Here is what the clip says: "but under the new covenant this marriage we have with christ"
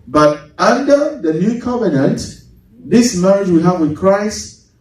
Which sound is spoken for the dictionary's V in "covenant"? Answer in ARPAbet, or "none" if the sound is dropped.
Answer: V